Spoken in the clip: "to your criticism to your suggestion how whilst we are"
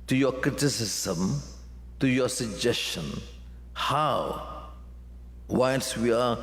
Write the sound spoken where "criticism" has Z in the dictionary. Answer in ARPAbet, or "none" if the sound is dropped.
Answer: S